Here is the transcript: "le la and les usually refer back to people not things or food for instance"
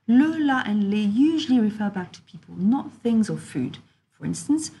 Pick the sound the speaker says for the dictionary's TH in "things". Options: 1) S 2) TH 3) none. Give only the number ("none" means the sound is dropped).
2